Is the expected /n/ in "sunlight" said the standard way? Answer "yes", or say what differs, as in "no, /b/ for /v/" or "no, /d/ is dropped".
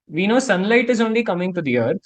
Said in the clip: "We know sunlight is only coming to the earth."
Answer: yes